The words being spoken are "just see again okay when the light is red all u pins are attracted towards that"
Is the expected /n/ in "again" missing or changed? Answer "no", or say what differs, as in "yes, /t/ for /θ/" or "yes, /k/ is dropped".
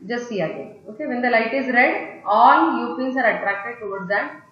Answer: yes, /n/ is dropped